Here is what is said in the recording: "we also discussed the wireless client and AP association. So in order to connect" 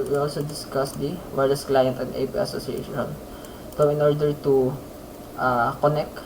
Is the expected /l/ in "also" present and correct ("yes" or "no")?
yes